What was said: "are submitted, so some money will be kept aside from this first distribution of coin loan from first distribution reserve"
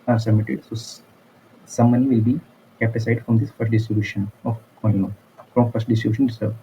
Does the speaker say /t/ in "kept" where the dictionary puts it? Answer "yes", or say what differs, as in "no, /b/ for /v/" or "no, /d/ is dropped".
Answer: no, /t/ is dropped